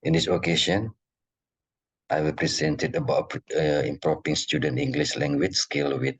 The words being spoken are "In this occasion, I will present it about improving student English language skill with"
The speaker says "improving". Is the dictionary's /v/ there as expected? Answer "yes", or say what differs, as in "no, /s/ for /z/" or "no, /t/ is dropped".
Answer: no, /p/ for /v/